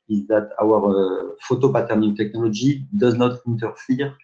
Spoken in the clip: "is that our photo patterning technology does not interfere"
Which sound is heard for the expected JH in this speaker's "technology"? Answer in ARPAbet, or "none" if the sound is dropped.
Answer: ZH